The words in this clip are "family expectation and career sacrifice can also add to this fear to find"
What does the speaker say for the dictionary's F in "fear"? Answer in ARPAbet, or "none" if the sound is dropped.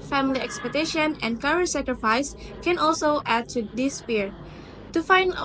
P